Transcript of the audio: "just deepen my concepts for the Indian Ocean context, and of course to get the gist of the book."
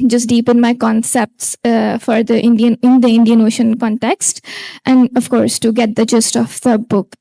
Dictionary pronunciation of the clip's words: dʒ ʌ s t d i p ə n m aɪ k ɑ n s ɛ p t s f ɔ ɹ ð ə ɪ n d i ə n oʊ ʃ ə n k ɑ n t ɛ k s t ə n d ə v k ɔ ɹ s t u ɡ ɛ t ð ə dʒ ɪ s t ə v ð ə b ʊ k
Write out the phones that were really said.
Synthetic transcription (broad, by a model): dʒ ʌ s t d i p ə n m aɪ k ɑ n s ɛ p t s f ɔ ɹ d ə ɪ n d i ə n oʊ ʃ ə n k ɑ n t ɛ k s t ə n d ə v k ɔ ɹ s t u ɡ ɛ t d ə dʒ ɪ s t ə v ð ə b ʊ k